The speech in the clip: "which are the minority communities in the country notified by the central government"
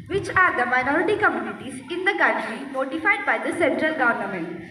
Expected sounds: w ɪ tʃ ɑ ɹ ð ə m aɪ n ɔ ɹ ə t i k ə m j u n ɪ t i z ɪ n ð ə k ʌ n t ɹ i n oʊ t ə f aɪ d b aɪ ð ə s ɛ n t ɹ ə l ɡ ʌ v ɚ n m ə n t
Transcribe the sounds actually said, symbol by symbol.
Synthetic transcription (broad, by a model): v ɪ tʃ ɑ ɹ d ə m aɪ n ɔ ɹ ə t i k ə m j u n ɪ t i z ɪ n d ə k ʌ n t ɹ i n oʊ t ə f aɪ d b aɪ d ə s ɛ n t ɹ ə l ɡ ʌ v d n m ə n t